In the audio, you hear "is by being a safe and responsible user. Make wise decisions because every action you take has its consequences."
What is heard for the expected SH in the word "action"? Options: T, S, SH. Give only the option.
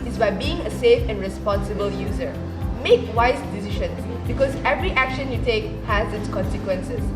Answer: SH